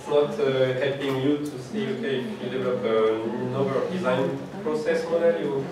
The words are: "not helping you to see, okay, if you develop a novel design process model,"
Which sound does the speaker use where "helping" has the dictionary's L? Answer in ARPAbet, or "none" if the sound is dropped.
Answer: none